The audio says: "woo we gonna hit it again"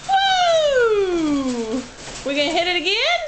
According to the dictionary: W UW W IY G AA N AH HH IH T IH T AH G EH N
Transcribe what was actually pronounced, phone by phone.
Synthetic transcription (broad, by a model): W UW W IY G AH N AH HH IH T IH T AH G EH N